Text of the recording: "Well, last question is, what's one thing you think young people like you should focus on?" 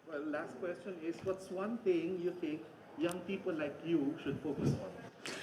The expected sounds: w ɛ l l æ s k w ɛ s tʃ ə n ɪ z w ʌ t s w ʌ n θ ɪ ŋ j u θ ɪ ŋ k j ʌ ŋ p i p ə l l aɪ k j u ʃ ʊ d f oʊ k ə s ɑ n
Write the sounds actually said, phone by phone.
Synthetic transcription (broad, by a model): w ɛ l l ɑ s k w ɛ s tʃ ə n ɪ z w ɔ t s w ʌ n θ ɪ ŋ j u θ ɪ ŋ k j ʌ ŋ p i p ə l l aɪ k j u ʃ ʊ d f oʊ k ə s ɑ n